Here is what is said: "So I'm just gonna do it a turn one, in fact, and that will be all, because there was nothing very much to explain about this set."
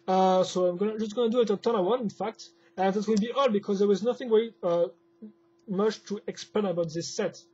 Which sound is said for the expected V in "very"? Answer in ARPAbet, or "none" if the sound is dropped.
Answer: W